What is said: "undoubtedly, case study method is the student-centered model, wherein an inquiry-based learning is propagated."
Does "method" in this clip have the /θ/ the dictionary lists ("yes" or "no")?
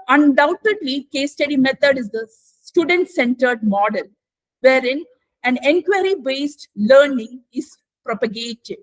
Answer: no